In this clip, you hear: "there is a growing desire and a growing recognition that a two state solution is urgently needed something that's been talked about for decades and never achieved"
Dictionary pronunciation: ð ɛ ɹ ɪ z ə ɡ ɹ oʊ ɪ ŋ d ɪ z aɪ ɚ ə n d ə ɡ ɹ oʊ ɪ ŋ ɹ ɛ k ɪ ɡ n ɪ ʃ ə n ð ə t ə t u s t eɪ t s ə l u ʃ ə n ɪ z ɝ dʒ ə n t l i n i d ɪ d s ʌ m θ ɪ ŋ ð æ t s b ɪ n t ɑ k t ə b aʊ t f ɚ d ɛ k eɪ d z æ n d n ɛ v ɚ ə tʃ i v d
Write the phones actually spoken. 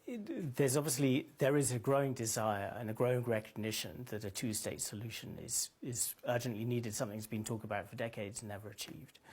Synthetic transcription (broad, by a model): ð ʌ ɹ ɪ z ə ɡ ɹ oʊ ɪ ŋ d ɪ z aɪ ɚ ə n ə ɡ ɹ oʊ ɪ ŋ ɹ ɛ k ɪ ɡ n ɪ ʃ ə n ð ə t ə t u s t eɪ t s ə l u ʃ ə n ɪ z ɝ dʒ ə n t l i n i d ɪ d s ʌ m θ ɪ ŋ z b ɪ n t ɑ k t ə b aʊ t f ɚ d ɛ k eɪ d z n n ɛ v ɚ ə tʃ i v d